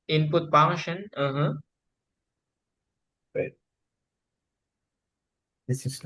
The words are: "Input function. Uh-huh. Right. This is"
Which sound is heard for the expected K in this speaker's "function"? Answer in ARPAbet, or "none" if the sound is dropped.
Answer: none